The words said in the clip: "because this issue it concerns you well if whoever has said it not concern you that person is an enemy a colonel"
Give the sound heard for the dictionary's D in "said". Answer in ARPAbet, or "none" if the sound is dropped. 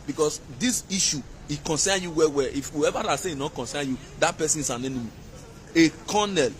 none